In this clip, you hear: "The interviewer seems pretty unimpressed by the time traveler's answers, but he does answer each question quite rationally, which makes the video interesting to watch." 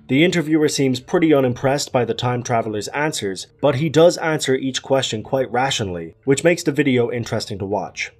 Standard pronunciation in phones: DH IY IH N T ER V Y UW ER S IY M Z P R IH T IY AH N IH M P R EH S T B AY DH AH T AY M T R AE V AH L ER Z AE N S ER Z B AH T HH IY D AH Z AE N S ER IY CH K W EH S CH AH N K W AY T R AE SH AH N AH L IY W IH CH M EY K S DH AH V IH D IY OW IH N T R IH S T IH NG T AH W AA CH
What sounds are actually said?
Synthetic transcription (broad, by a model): DH IY IH N T ER V Y UW ER S IY M Z P R IH T IY AH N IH M P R EH S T B AY DH AH T AY M T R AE V L ER Z AE N S ER Z B AH T HH IY D AH Z AE N S ER IY CH K W EH S CH AH N K W AY T R AE SH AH N L IY W IH CH M EY K S DH AH V IH D IY OW IH N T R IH S T IH NG T AH W AA CH